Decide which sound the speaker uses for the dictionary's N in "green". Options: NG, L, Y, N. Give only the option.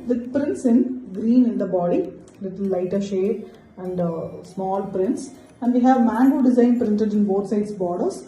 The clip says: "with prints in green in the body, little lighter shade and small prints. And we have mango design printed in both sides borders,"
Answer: N